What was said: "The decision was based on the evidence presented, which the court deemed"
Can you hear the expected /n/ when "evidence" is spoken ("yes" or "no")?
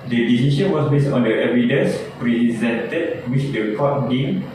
no